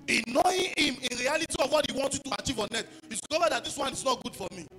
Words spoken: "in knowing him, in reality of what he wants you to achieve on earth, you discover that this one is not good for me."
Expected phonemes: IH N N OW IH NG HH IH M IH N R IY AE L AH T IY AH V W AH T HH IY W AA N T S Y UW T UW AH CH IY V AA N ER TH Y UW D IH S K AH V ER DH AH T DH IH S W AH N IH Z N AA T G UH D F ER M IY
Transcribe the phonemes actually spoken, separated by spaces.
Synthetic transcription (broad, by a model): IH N N OW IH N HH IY M IH N R IY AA L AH T IY AH V W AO T HH IY W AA N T Y UW T UW AH CH IY V AA N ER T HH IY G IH K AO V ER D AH T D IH S W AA N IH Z N AA T G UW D F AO M IY